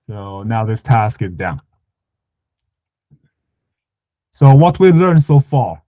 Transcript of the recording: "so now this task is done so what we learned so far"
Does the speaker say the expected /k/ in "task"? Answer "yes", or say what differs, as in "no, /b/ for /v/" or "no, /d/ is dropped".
yes